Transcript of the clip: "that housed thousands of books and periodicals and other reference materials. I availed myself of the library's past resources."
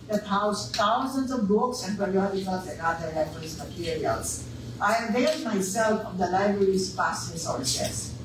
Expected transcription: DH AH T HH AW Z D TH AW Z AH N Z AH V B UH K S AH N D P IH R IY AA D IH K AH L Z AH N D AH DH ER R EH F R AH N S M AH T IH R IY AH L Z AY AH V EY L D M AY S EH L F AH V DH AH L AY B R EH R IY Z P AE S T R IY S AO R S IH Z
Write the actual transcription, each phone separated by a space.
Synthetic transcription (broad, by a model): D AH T HH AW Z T AW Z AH N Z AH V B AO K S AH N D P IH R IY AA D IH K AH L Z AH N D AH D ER L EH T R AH S M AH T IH R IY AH L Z AY AH V EY L D M AY S EH L F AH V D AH L AY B R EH R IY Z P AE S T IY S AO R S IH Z